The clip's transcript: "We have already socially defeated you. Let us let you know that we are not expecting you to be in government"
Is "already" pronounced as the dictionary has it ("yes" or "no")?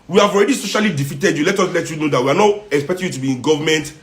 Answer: yes